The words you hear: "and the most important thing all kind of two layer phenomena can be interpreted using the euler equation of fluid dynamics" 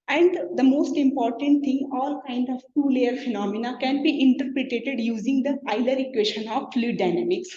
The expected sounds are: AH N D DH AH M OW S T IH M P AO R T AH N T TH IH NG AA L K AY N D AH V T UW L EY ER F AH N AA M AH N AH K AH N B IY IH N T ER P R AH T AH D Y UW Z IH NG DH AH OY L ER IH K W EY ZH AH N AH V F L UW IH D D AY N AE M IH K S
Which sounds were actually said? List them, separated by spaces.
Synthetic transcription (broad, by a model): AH N D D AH M OW S T IH M P AO R T AH N T T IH NG AA L K AY N D AH V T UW L EY ER F AH N AA M AH N AH K AH N B IY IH N T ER P R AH T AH D Y UW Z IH NG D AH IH L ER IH K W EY SH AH N AH V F L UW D D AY N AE M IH K S